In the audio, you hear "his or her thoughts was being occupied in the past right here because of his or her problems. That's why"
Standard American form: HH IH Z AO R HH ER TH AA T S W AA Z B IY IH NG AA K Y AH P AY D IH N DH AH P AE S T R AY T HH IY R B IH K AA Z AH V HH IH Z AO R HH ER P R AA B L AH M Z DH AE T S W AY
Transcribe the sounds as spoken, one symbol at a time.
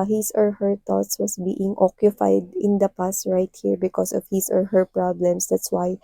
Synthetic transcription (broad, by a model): HH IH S AO R HH ER T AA T S W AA S B IY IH NG AA K Y AH P AY D IH N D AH P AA S T R AY T HH IY R B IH K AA S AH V HH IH S AO R HH ER P R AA B L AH M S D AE T S W AY